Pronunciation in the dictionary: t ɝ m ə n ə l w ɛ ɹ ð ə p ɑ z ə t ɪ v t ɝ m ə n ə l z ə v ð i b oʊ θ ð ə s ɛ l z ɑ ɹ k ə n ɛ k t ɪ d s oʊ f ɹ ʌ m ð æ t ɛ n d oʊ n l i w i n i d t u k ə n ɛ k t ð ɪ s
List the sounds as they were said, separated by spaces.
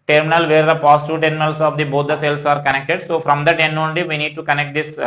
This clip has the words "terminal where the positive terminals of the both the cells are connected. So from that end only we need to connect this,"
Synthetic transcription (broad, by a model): t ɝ m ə n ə l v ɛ ɹ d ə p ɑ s t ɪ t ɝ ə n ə l s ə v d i b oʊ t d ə s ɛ l s ɑ ɹ k ə n ɛ k t ɪ d s oʊ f ɹ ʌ m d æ t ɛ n oʊ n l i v i n i d t u k ə n ɛ k t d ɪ s